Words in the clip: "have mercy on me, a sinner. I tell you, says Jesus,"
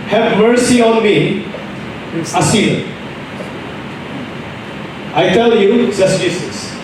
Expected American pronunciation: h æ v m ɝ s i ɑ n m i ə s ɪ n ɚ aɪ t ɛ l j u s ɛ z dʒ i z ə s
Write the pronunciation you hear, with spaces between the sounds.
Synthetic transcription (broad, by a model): h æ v m ɝ s i ɑ n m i ə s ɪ ɚ aɪ t ɛ l j u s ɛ s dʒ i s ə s